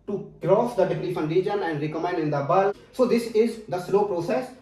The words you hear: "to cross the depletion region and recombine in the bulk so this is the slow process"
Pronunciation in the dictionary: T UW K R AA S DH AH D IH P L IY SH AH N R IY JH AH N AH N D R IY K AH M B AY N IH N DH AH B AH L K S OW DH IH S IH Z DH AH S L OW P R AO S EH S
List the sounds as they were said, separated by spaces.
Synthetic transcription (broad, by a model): T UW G R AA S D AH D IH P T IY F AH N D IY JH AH N AH N D R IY K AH M EH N IH N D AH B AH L S OW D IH S IH Z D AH S L OW P R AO S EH S